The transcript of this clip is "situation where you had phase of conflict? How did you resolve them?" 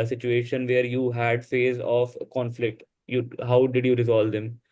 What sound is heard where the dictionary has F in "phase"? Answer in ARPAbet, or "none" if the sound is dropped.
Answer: F